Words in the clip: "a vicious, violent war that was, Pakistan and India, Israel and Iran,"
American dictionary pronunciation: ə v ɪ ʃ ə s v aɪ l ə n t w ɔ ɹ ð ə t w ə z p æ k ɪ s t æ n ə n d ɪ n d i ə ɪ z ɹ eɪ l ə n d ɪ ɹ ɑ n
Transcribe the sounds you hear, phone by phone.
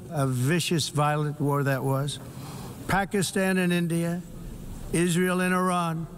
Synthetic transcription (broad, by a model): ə v ɪ ʃ ə s v aɪ l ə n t w ɔ ɹ ð ə t w ə z p æ k ɪ s t æ n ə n ɪ n d i ə ɪ z ɹ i l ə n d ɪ ɹ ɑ n